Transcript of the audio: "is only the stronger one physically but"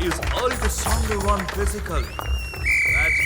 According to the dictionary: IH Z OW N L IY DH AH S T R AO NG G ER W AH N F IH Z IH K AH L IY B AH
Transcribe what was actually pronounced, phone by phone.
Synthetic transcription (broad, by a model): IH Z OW L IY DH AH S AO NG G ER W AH N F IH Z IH K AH L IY